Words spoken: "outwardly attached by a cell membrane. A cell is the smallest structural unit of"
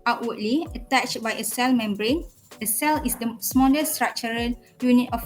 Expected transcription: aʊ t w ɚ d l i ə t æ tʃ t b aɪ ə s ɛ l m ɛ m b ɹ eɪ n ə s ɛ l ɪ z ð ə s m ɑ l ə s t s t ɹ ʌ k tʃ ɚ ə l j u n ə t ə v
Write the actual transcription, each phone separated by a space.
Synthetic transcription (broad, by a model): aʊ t w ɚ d l i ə t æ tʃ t b aɪ ə s ɛ l m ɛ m b ɹ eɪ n ə s ɛ l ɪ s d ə s m ɑ l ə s s t ɹ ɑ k tʃ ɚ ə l j u n ə t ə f